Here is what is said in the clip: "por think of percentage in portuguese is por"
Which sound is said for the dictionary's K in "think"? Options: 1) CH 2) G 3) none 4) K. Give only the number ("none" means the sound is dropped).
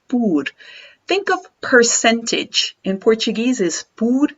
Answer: 4